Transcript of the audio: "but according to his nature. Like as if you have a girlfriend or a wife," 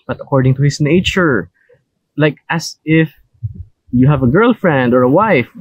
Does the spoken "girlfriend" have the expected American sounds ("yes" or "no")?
yes